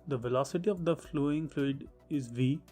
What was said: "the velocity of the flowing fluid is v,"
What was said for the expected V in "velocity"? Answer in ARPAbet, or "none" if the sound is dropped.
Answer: V